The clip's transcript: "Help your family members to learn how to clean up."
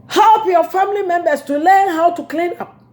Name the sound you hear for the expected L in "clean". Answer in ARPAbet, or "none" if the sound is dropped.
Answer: L